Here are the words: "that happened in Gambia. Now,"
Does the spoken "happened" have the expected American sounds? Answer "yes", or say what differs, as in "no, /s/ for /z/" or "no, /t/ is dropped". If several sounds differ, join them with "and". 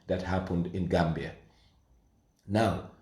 yes